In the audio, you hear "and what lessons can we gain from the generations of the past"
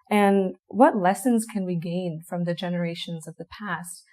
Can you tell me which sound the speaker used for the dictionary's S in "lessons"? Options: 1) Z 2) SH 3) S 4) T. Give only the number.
3